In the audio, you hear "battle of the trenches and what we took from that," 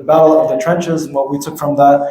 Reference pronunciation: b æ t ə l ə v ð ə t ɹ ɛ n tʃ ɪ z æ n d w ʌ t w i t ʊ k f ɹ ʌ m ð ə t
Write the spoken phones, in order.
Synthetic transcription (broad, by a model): b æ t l ə v ð ə t ɹ ɛ n tʃ ɪ z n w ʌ w i t ʊ k f ɹ ʌ m ð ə t